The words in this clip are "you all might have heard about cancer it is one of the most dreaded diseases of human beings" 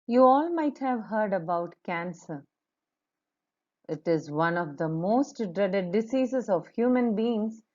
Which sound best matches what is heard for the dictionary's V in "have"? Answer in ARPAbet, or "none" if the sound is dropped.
V